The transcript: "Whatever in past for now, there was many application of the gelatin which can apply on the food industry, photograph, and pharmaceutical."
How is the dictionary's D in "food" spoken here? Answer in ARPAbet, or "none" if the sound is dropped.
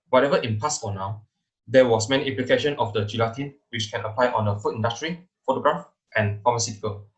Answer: none